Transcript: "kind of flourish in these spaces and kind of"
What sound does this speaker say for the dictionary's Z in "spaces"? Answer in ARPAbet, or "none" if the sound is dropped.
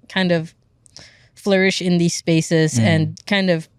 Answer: Z